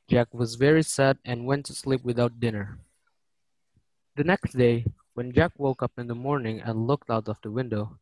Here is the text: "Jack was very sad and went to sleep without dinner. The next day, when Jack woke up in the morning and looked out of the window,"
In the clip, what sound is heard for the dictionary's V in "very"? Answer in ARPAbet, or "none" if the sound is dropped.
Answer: V